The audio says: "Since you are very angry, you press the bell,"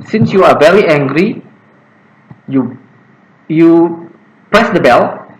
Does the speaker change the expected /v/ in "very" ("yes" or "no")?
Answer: no